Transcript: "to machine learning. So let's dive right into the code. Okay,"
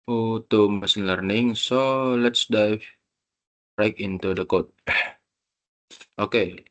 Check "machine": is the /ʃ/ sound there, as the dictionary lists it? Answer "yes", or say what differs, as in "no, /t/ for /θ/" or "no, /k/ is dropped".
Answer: no, /s/ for /ʃ/